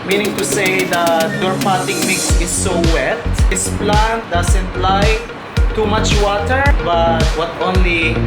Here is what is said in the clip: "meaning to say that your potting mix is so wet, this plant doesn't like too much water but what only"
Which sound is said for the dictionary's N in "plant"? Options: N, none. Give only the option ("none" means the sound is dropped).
N